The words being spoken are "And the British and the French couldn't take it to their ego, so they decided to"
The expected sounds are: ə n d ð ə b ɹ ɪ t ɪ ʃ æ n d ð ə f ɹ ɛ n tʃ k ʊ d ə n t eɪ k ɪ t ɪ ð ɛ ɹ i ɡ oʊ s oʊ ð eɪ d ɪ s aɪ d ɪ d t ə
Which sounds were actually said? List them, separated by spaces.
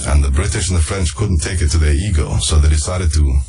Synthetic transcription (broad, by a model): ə n ð ə b ɹ ɪ t ɪ ʃ n ð ə f ɹ ɛ n tʃ k ʊ d n t eɪ k ɪ t ɪ ð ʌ ɹ i ɡ oʊ s oʊ ð eɪ d ɪ s aɪ d ɪ d t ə